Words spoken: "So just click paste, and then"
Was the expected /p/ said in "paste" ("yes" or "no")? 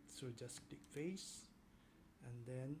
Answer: no